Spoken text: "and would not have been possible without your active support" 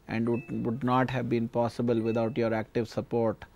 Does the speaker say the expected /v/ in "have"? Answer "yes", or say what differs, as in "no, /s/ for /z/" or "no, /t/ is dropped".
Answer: yes